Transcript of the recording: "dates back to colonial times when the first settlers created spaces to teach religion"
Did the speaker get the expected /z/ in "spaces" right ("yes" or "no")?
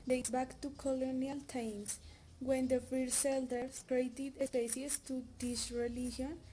no